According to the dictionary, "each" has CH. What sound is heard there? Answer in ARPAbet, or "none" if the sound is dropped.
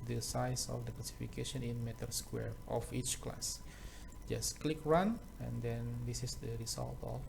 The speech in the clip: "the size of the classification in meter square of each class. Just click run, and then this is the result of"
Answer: CH